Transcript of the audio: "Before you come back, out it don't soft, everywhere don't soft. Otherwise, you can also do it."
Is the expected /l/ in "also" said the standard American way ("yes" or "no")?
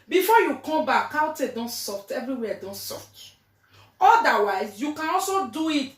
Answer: yes